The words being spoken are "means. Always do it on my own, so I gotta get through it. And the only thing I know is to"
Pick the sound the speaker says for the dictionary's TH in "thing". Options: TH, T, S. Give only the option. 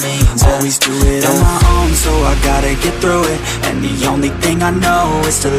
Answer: TH